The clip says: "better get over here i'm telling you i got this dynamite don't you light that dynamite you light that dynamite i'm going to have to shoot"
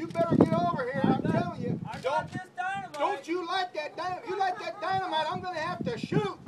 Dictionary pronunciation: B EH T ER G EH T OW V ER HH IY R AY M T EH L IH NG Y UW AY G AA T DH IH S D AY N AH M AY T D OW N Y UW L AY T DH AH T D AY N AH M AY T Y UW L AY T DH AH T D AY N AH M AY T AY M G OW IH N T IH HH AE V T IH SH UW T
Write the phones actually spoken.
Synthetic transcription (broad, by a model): B EH T ER G EH T OW V ER HH IY R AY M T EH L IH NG Y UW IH D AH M D OW N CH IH L AY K DH AH T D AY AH IH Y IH L AY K DH AH T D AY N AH M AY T AY M G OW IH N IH HH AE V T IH SH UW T